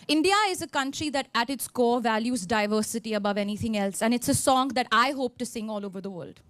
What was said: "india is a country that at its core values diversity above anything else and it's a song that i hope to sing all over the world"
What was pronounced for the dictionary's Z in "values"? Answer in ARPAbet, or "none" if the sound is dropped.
Z